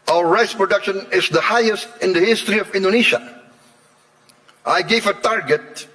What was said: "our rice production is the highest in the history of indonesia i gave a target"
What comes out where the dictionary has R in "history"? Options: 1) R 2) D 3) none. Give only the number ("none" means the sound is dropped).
1